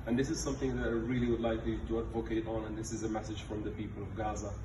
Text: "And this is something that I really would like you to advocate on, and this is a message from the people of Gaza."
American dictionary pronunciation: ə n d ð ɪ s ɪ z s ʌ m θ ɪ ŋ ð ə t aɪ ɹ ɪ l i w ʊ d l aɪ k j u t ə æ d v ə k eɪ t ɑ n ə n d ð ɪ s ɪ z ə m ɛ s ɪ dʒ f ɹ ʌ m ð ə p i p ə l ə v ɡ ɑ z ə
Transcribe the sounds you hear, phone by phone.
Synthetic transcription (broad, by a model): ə n ð ɪ s ɪ z s ʌ m θ ɪ ŋ ð ə t aɪ ɹ ɪ l i w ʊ d l aɪ k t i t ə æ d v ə k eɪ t n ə n ð ɪ s ɪ z ə m ɛ s ɪ dʒ f ɹ ʌ m ð ə p i p ə l ə v ɡ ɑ z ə